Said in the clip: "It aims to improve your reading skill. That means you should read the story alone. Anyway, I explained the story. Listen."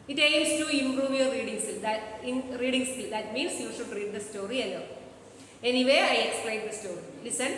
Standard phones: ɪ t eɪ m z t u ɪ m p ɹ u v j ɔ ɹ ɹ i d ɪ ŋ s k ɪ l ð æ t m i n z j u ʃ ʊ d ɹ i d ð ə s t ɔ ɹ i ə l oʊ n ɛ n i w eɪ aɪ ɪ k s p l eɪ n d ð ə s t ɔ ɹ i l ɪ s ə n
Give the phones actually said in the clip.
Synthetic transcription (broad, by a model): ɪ t eɪ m s t u ɪ m p ɹ u v j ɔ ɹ ɹ i d ɪ ŋ s ɪ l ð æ t m i n s j u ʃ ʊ d ɹ i d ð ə s t ɔ ɹ i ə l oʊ ɛ n i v eɪ aɪ ɪ k s p l eɪ n d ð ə s t ɔ ɹ i l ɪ s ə n